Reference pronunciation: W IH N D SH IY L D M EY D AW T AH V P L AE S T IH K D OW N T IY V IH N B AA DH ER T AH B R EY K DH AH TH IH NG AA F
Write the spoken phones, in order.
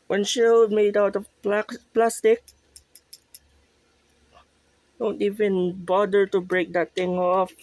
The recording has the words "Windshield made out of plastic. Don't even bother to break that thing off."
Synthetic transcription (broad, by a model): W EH N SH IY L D M EY D AW T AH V P L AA S T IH K D OW N T IY V IH N B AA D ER T AH B R EY K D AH T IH NG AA F